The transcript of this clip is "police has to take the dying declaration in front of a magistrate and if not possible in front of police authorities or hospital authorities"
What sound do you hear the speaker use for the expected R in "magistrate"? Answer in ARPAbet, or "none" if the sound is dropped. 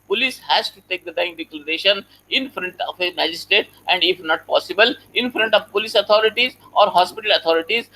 none